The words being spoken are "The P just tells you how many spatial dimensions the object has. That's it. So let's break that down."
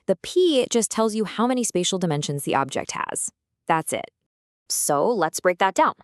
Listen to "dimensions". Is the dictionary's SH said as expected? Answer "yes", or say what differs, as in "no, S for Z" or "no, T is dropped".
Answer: yes